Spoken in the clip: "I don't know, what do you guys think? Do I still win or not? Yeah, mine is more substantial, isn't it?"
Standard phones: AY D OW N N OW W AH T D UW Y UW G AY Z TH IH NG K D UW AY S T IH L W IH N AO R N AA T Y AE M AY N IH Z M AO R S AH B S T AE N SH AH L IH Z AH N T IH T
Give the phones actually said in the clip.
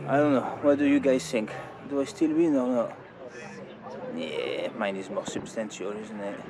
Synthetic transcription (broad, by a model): AY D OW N N OW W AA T D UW Y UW G AY Z TH IH NG K D UW AY S T IH L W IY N AO R N AA T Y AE M AY N IH Z M AO R S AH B S T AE N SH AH L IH Z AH N T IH T